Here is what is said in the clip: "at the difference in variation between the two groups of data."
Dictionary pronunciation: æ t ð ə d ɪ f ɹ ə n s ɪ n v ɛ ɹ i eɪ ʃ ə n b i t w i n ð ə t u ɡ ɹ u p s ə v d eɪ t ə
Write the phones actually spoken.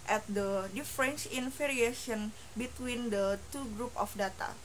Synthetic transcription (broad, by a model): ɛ t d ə d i f ɹ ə n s ɪ n f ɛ ɹ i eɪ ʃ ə n b i t w i n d ə t u ɡ ɹ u p ə f d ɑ t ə